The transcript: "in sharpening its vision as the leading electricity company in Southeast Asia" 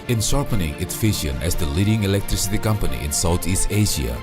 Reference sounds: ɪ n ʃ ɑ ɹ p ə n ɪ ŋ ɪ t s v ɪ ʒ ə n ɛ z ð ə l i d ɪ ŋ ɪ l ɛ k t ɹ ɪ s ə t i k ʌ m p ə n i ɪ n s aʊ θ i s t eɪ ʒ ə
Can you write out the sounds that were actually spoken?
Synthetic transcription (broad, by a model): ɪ n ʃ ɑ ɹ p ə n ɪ ŋ ɪ t s f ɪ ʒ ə n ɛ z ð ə l i d ɪ ŋ ɪ l ɛ k t ɹ ɪ s ə t i k ʌ m p ə n i ɪ n s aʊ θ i s t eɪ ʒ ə